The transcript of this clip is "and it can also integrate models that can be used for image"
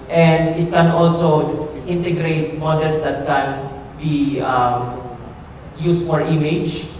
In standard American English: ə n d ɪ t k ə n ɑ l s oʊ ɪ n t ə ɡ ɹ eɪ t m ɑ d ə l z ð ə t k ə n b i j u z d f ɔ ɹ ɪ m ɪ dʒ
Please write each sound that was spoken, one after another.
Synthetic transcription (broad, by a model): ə n d ɪ t k ə n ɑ l s oʊ ɪ n t ə ɡ ɹ eɪ t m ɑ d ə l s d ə t k ə n b i j u s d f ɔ ɹ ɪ m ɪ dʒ